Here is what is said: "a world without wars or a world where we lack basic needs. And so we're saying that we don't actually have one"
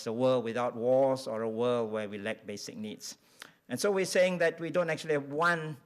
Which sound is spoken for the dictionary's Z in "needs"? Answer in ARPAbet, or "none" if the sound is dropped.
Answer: S